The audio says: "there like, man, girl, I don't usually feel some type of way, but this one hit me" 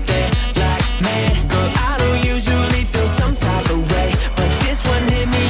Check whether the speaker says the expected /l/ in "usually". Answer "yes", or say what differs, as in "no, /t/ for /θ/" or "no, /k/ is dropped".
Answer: yes